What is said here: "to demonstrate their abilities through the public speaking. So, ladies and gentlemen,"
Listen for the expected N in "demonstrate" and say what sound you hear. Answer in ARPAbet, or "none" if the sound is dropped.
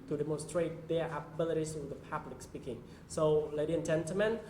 N